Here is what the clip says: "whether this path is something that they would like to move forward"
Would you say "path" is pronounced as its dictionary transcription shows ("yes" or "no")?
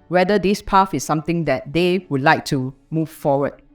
no